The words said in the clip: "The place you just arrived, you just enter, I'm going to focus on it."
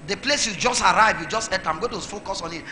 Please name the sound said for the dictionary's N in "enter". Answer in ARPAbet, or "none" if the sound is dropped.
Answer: none